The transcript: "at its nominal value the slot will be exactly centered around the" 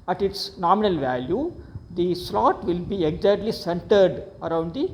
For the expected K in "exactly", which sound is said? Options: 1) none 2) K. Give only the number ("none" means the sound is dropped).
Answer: 1